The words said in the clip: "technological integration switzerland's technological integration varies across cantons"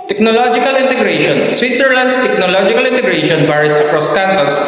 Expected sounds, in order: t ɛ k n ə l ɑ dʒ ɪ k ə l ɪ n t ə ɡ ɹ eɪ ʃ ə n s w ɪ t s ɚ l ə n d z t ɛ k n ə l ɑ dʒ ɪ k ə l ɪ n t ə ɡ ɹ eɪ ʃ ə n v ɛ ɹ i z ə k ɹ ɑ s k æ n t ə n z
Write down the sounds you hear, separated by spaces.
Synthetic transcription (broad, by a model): t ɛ k n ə l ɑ dʒ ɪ k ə l ɪ n t ə ɡ ɹ eɪ ʃ ə n s w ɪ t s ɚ l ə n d s t ɛ k n ə l ɑ dʒ ɪ k ə l ɪ n t ə ɡ ɹ eɪ ʃ ə n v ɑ ɹ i s ə k ɹ ɑ s k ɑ n t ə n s